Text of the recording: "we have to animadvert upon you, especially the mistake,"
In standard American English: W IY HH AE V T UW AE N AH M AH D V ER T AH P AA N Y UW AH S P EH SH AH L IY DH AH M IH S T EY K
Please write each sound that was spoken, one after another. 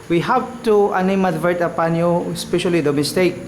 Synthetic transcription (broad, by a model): W IY HH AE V T UW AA N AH M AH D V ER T AH P AA N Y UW AH S P EH SH AH L IY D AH M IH S T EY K